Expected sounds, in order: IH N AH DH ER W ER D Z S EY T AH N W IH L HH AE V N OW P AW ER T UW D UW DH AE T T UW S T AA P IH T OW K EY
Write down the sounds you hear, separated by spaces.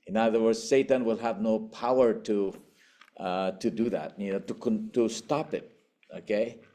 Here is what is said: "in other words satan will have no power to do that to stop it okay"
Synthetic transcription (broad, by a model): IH N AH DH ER W ER D Z S EY T AH N W IH L HH AE V N OW P AW ER T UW D UW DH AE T T UW S T AA P IH T OW K EY